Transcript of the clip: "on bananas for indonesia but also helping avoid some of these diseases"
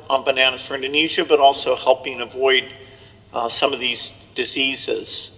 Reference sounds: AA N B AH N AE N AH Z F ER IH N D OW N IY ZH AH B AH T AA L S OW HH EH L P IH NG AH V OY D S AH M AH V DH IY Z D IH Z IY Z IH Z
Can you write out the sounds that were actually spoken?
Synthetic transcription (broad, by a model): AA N B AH N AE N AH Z F ER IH N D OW N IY ZH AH B AH T AA L S OW HH EH L P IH NG AH V OY D S AH M AH V DH IY Z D IH Z IY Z IH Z